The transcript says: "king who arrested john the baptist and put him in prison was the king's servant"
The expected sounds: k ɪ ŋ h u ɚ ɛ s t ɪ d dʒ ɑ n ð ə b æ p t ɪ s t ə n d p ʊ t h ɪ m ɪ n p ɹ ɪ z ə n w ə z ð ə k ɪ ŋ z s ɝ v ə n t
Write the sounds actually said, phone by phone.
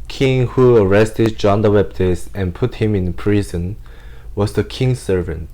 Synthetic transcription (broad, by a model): k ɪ ŋ h u ɚ ɛ s t ɪ d dʒ ɑ n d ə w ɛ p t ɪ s ə n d p ʊ t h ɪ m ɪ n p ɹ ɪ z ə n w ə z ð ə k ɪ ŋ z s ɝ v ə n t